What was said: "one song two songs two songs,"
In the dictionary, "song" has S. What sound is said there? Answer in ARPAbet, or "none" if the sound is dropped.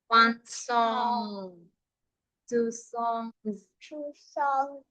S